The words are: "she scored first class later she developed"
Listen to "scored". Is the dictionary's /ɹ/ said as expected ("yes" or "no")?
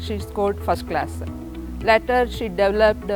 no